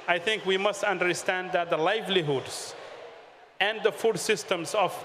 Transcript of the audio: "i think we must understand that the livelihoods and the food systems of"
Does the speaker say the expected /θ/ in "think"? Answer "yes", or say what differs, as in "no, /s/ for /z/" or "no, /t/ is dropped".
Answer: no, /t/ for /θ/